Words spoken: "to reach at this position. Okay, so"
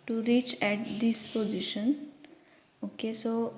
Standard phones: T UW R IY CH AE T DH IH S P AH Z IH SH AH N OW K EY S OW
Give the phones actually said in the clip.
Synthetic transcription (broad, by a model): T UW R IY CH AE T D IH S P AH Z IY SH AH N OW K EY S OW